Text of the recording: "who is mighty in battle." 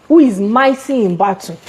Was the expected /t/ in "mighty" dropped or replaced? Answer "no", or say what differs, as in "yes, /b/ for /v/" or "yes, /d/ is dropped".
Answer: yes, /s/ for /t/